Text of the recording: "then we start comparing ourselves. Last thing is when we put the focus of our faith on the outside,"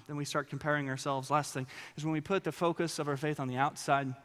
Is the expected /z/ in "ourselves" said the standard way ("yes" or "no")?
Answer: yes